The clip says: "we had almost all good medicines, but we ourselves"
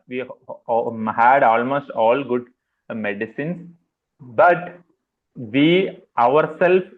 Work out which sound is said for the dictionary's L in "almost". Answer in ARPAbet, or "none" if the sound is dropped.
L